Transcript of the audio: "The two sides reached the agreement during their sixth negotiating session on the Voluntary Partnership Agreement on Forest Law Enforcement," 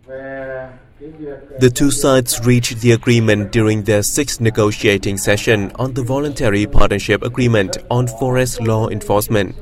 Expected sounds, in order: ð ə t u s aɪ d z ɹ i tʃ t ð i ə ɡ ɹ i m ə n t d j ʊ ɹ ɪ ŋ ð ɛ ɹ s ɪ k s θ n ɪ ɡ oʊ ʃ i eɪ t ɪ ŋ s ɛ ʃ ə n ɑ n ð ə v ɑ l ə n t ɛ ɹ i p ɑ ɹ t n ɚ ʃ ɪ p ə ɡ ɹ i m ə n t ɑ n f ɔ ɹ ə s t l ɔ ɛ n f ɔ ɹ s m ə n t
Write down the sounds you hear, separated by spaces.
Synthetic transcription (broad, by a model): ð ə t u s aɪ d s ɹ i tʃ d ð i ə ɡ ɹ i m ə n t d j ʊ ɹ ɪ ŋ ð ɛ s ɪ k s n ɪ ɡ oʊ ʃ i eɪ t ɪ ŋ s ɛ ʃ ə n ɑ n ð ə v ɑ l ə n t ɛ ɹ i p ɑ t n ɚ ʃ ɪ p ə ɡ ɹ i m ə n t ɑ n f ɔ ɹ ə s t l ɔ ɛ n f ɔ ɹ s m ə n t